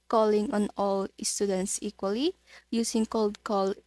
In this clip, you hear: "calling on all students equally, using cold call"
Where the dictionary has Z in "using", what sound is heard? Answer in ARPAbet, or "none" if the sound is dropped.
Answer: S